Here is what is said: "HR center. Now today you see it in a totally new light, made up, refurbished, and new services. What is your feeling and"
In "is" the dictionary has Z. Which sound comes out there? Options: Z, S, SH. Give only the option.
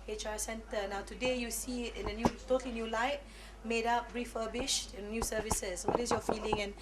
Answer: S